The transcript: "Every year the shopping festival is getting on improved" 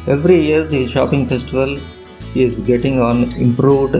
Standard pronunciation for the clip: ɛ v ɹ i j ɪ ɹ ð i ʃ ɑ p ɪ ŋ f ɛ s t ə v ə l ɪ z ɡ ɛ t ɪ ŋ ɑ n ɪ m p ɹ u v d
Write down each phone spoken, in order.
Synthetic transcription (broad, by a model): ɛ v ɹ i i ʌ ɹ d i ʃ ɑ p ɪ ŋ f ɛ s t ə v ə l ɪ z ɡ ɛ t ɪ ŋ ɑ n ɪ m p ɹ u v d